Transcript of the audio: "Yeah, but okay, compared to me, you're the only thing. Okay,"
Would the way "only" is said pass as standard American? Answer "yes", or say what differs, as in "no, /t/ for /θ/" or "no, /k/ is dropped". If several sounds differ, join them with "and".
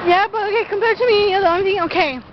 no, /l/ is dropped